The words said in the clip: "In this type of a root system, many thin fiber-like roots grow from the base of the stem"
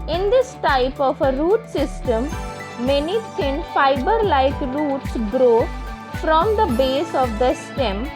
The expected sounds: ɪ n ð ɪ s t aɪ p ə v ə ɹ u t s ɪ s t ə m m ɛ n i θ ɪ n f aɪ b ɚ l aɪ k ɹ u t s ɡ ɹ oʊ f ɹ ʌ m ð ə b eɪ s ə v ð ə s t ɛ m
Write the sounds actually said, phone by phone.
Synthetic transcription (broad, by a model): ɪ n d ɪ s t aɪ p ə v ə ɹ u t s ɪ s t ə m m ɛ n i s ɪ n f aɪ b ɚ l aɪ k ɹ u t s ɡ ɹ oʊ f ɹ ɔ m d ə b eɪ s ə v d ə s t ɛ m